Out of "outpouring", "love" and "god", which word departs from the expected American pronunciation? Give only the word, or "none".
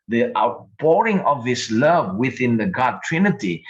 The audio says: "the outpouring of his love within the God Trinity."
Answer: outpouring